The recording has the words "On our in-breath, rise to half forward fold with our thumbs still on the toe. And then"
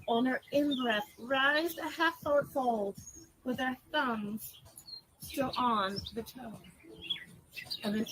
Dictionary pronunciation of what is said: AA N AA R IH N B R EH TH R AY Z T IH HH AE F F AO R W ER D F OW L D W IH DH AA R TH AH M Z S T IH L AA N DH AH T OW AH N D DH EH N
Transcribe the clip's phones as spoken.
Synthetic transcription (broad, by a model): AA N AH R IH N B R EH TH R AY Z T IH HH AE F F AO R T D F OW L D W IH DH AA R TH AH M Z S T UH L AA N DH AH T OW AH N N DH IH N